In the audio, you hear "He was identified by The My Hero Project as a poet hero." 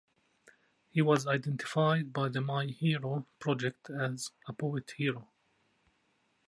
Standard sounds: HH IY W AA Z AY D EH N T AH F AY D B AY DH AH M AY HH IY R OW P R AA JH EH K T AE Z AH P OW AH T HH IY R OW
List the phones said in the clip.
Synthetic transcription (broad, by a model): HH IY W AA Z AY D EH N T AH F AY D B AY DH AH M AY HH IY R OW P R AA JH EH K T AE Z AH P OW AH T HH IY R OW